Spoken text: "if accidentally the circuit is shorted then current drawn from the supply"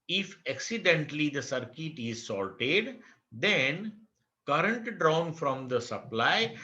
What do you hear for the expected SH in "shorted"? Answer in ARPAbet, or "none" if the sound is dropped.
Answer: S